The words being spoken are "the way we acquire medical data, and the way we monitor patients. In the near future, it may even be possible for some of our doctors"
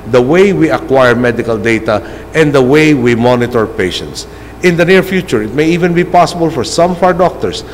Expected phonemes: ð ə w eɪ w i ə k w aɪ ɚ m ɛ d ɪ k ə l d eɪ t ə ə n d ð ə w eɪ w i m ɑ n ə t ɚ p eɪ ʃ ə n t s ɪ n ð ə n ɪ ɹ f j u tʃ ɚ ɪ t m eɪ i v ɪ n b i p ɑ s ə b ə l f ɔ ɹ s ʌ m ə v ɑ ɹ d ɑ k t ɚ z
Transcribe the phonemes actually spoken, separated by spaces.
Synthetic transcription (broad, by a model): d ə w eɪ w i ə k w aɪ ɚ m ɛ d ɪ k ə l d eɪ t ə ə n d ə w eɪ w i m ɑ n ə t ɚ p eɪ ʃ ə n t s ɪ n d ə n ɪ ɹ f j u tʃ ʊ ɪ t m eɪ i v ɪ n b i p ɑ s ə b ə l f ɔ ɹ s ʌ m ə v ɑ w d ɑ k t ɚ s